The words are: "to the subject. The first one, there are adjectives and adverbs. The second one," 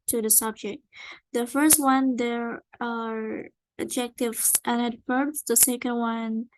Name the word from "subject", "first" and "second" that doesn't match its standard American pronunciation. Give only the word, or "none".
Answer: none